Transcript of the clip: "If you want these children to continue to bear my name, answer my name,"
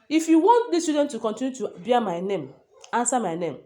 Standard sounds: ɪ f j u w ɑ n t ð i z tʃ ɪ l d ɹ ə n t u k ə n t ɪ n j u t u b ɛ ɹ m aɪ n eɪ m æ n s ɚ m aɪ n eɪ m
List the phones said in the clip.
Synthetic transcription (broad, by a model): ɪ f j u w ɑ n t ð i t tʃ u d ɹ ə n t u k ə n t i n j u t u b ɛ m aɪ n eɪ m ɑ n s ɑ m aɪ n eɪ m